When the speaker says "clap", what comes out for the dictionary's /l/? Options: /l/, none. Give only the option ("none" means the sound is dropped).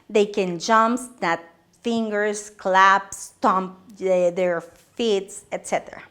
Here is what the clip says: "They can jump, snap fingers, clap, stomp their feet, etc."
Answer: /l/